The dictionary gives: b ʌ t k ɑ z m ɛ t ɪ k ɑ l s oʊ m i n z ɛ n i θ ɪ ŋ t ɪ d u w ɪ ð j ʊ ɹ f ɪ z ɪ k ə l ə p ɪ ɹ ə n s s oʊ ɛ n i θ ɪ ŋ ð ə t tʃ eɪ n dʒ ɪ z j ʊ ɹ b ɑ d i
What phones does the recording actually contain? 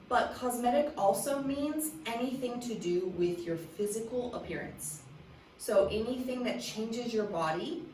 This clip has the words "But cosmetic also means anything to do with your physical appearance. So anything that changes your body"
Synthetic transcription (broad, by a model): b ʌ t k ɑ z m ɛ t ɪ k ɑ l s oʊ m i n z ɛ n i θ ɪ ŋ t ɪ d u w ɪ ð j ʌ ɹ f ɪ z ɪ k l ə p ɪ ɹ ə n s s oʊ ɛ n i θ ɪ ŋ ð ə t tʃ eɪ n dʒ ɪ z j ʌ ɹ b ɑ d i